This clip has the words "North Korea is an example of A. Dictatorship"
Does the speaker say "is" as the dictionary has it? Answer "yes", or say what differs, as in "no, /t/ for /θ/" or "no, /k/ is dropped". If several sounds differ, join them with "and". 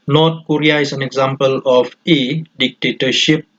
no, /s/ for /z/